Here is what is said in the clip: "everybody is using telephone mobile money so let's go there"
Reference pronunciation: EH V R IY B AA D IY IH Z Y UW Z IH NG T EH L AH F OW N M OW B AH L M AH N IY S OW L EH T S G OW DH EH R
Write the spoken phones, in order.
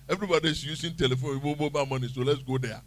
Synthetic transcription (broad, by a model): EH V R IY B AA D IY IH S Y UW S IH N T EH L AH F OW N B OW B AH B M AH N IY S OW L EH T S G OW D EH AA